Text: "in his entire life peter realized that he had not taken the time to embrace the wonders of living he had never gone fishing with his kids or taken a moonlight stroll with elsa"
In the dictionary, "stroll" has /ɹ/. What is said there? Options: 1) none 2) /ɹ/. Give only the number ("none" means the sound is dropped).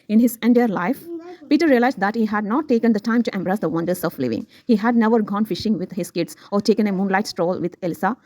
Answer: 2